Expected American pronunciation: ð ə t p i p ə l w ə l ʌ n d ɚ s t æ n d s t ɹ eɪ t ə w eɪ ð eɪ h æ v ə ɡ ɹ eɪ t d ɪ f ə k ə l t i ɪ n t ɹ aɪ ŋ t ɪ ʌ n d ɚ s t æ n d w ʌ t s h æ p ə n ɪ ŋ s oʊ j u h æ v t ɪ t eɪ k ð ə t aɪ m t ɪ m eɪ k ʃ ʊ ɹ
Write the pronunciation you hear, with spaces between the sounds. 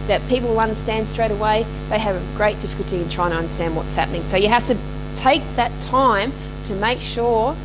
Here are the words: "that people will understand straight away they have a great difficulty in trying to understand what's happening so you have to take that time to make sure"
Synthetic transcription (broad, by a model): ð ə t p i p l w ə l ʌ n d ɚ s t æ n d s t ɹ eɪ t ə w eɪ ð eɪ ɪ v ə ɡ ɹ eɪ t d ɪ f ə k l t i ɪ n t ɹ aɪ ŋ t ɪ ʌ n d ɚ s t æ n d w ʌ t s h æ p ə n ɪ ŋ s oʊ j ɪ h æ f t ɪ t eɪ k ð ə t aɪ m t ɪ m eɪ k ʃ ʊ ɹ